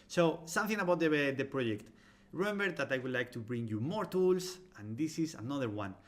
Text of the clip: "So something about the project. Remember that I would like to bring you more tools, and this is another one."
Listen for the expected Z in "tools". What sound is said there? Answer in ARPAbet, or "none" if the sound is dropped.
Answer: S